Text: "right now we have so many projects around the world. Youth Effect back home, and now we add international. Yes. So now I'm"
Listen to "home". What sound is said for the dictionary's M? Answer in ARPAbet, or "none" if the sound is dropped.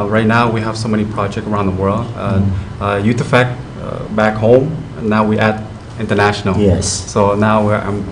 none